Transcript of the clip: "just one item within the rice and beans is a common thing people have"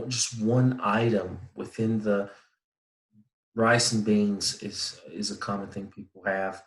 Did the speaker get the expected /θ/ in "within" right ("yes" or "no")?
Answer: yes